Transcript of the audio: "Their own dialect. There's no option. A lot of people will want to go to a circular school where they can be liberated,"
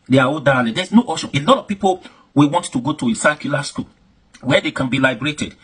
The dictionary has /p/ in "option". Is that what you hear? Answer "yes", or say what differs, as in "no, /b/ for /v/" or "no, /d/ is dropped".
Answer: no, /p/ is dropped